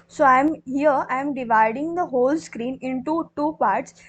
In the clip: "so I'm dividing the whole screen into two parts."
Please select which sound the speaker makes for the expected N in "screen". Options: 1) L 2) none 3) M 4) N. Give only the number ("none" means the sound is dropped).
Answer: 4